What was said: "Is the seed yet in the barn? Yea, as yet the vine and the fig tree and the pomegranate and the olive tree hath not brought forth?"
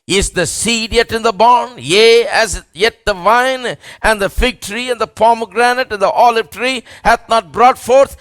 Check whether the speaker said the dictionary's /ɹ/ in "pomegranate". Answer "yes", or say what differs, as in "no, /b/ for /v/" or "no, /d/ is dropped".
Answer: yes